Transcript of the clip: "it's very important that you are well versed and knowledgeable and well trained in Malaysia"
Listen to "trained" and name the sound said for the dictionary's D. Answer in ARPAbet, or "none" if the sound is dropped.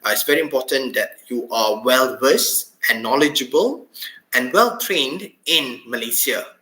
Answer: D